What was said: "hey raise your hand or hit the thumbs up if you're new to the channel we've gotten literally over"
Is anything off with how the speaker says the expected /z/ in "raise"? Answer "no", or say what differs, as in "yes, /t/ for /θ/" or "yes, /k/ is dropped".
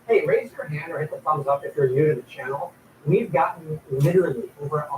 no